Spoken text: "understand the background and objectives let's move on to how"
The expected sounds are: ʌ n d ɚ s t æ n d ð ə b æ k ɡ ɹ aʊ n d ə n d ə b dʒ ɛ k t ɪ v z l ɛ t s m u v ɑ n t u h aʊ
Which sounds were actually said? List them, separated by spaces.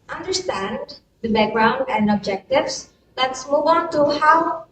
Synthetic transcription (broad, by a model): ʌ n d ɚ s t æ n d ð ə b æ k ɡ ɹ aʊ n d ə n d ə b dʒ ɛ k t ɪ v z l ɛ t s m u v ɑ n t u h aʊ